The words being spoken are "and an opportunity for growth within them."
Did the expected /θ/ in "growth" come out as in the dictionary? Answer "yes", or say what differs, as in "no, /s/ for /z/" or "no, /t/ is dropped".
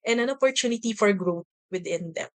no, /t/ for /θ/